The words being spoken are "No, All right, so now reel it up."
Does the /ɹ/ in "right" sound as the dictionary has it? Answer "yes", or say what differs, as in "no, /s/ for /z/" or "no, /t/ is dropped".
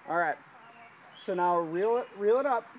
yes